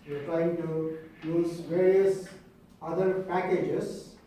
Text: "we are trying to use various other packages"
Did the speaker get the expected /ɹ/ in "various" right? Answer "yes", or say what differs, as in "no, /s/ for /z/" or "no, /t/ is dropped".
yes